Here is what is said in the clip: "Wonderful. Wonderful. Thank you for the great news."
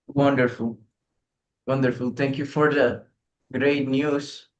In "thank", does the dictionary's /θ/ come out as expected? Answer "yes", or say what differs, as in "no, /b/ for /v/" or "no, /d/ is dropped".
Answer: no, /t/ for /θ/